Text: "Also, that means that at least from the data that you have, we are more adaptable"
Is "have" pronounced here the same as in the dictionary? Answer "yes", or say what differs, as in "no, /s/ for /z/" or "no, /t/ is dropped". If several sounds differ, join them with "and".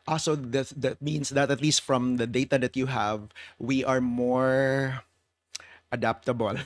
yes